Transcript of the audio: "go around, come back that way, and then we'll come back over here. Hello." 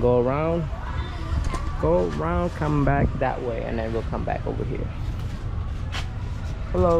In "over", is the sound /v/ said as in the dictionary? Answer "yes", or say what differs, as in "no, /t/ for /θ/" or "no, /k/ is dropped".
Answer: yes